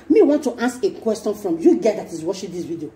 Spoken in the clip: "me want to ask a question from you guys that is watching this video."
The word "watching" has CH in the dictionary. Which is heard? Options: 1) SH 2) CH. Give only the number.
1